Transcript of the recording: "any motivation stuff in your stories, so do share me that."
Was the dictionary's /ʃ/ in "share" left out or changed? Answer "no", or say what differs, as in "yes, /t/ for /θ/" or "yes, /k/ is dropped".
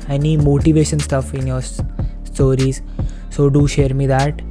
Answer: no